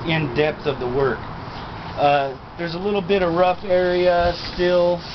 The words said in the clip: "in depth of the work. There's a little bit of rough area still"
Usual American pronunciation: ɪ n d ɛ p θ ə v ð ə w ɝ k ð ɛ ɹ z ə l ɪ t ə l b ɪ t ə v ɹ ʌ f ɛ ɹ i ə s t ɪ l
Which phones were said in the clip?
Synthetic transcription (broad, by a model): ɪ n d ɛ p θ ə v ð ə w ɝ k ð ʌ ɹ z ə l ɪ t l b ɪ t ə v ɹ ʌ f ɛ ɹ i ə s t ɪ l